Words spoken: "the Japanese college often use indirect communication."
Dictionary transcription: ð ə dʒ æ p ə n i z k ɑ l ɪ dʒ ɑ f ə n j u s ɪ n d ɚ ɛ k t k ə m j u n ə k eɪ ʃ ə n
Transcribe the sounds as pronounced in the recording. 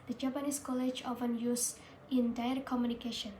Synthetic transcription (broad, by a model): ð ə dʒ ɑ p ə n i s k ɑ l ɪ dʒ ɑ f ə n j u s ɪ n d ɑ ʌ t k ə m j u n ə k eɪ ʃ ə n